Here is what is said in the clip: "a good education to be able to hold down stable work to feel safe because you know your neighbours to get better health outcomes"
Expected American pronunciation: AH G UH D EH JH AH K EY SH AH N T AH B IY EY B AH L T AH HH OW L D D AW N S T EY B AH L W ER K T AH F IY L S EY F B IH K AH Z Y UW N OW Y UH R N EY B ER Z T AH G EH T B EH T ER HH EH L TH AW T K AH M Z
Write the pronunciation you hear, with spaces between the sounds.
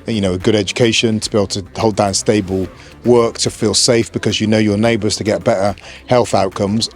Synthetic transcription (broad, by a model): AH G UH D EH JH AH K EY SH AH N T AH B IY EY B L T AH HH OW L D D AW N S T EY B AH L W ER K T AH F IY L S EY F B IH K AH Z Y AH N OW Y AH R N EY B ER Z T AH G EH T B EH T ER HH EH L TH AW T K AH M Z